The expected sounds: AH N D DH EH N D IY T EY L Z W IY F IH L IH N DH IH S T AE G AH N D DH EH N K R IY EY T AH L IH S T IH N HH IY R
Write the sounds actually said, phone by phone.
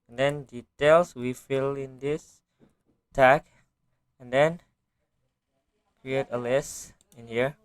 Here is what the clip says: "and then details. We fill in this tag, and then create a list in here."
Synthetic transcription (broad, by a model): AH N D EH N D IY T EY L S W IY F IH L IH N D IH S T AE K AH N D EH N K R IY EY T AH L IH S IH N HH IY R